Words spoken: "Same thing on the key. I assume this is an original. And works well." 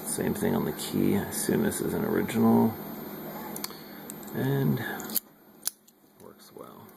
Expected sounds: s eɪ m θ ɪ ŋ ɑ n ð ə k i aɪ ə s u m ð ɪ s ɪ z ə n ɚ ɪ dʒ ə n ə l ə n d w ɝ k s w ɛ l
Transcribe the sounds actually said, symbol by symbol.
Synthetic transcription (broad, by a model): s eɪ m θ ɪ ŋ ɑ n ð ə k i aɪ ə s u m ð ɪ s ɪ z ə n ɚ ɪ dʒ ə n l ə n w ɝ k s w ɛ l